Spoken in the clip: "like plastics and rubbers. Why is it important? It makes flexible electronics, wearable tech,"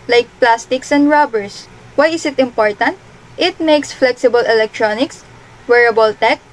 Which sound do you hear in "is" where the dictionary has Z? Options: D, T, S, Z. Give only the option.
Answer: S